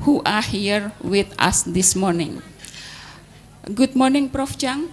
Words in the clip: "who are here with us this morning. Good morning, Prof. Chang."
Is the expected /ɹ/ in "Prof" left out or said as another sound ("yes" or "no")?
no